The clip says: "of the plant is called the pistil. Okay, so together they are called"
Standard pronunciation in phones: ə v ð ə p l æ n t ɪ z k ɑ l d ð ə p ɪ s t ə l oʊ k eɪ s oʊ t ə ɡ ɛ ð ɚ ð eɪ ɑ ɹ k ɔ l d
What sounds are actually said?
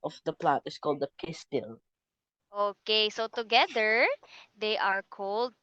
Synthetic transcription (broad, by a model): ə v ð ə p l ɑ t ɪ s k ɑ l d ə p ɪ s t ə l oʊ k eɪ s oʊ t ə ɡ ɛ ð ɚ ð eɪ ɑ ɹ k ɔ l d